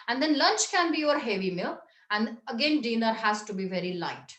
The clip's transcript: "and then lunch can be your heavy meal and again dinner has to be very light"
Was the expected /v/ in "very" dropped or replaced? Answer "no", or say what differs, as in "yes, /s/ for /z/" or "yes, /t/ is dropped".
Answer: no